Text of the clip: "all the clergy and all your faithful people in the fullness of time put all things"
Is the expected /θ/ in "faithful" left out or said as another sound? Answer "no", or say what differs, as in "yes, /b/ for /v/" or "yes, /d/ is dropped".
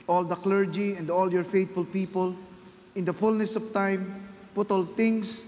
yes, /t/ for /θ/